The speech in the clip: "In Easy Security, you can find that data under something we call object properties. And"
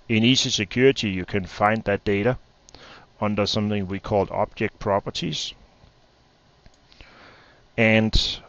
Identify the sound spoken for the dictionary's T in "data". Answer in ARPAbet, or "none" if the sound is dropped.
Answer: T